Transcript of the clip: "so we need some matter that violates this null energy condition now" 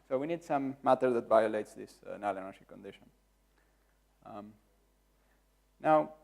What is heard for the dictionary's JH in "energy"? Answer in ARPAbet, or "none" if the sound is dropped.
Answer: SH